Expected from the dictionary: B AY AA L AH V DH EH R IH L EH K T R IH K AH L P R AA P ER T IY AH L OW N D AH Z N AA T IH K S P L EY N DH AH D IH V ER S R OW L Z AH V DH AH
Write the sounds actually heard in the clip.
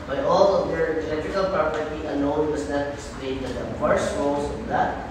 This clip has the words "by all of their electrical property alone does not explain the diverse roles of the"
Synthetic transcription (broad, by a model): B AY AA L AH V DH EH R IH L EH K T R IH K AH L P R AA P ER T IY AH N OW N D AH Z N AA T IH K S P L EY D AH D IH F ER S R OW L S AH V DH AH